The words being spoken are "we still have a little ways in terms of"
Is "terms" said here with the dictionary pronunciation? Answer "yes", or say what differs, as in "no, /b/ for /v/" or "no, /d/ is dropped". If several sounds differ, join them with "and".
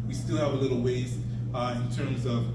yes